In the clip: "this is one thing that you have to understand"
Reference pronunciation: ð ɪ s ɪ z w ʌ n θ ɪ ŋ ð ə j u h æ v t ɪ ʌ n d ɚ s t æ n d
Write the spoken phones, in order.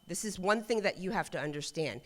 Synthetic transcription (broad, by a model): ð ɪ s ɪ z w ʌ n θ ɪ ŋ ð ə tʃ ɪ h æ f t ɪ ʌ n d ɚ s t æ n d